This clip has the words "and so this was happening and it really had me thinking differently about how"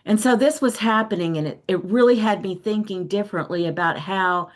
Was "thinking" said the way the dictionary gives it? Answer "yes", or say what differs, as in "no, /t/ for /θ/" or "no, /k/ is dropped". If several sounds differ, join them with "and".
yes